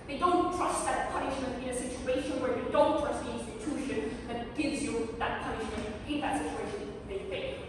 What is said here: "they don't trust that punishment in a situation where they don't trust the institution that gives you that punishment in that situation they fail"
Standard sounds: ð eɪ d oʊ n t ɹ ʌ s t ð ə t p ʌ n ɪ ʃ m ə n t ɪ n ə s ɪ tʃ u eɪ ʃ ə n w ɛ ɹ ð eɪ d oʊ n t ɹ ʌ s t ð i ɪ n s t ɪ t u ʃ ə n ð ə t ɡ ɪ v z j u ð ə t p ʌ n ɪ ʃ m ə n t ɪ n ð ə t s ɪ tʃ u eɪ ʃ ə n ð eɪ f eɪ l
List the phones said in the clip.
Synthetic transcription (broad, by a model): ð eɪ d oʊ n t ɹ ʌ s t ð ə t p ʌ n ɪ ʃ m ə n t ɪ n ə s ɪ tʃ u eɪ ʃ ə n w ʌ ɹ ð eɪ d oʊ n t ɹ ʌ s t ð i ɪ n s t ɪ t u ʃ ə n ð ə t ɡ ɪ v z j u ð ə t p ʌ n ɪ ʃ m ə n t ɪ n ð ə t s ɪ tʃ u eɪ ʃ ə n ð eɪ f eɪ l